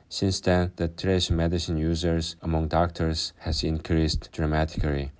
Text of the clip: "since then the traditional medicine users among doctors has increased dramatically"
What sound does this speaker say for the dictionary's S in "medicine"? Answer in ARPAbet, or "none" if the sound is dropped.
S